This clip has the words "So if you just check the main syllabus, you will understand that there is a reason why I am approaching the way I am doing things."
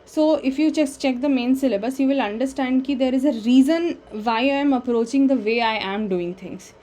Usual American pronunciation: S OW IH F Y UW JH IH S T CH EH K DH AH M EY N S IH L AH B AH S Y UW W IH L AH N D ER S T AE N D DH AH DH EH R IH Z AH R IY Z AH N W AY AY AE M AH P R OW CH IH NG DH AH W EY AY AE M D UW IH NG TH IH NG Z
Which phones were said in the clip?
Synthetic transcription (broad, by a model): S OW IH F Y UW CH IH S CH EH K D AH M EY N S IH L AH B AH S Y UW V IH L AH N D ER S T AE N D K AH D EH R IH Z AH R IY Z AH N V AY AY M AH P R OW CH IH NG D AH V EY AY AE M D UW IH NG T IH NG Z